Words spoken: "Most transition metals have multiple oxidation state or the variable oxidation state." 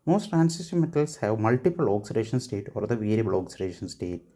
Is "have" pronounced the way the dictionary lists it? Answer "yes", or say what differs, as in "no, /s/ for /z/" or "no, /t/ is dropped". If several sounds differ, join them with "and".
yes